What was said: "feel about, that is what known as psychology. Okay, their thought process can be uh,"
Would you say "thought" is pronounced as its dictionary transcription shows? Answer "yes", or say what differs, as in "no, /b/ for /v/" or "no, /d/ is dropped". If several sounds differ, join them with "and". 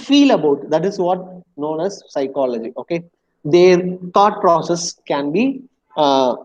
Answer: no, /t/ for /θ/